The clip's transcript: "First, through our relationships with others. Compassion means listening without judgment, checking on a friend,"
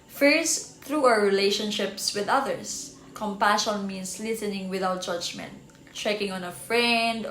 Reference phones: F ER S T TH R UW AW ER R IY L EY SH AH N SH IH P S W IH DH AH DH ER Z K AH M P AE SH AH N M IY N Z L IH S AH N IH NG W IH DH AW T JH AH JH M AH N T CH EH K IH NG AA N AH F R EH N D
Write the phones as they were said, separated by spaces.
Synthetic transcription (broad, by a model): F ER S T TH R UW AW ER R IY L EY SH AH N SH IH P S W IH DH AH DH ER S K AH M P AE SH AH N M IY N S L IH S AH N IH NG W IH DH AW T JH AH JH M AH N T CH EH K IH NG AA N AH F R EH N D